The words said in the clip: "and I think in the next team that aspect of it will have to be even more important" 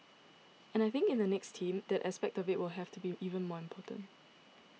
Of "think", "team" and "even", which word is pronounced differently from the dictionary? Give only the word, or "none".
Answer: none